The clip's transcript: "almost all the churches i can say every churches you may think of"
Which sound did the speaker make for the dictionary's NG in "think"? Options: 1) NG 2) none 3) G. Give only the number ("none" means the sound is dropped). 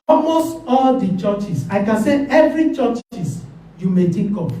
2